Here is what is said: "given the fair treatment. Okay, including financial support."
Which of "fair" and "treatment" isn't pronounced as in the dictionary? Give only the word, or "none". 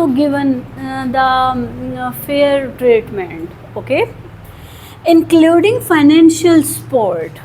none